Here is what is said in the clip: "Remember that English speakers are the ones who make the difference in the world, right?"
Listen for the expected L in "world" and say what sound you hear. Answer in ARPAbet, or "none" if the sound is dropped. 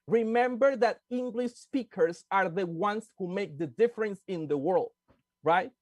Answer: L